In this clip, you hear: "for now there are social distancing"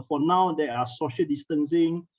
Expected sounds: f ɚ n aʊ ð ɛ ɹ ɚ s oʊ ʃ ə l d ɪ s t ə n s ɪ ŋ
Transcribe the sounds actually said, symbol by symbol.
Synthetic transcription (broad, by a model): f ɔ n aʊ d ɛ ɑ s oʊ ʃ ə l d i s t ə n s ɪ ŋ